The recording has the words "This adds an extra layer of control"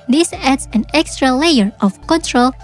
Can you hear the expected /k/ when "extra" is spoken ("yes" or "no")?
yes